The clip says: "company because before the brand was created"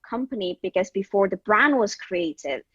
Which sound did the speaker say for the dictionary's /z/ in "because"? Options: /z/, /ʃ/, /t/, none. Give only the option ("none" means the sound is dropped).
/z/